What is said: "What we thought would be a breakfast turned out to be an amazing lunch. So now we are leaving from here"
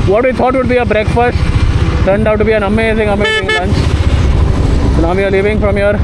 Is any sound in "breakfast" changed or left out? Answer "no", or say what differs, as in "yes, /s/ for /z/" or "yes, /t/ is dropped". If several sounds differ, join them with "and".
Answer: no